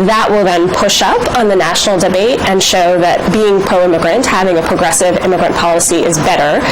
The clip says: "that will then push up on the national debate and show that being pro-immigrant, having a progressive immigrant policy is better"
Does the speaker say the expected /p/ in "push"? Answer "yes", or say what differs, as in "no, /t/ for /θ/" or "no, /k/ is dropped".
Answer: yes